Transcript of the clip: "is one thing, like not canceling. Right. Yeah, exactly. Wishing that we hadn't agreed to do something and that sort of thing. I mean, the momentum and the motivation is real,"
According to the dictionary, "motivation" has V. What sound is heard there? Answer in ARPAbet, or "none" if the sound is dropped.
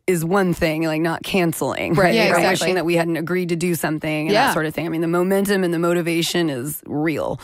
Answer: V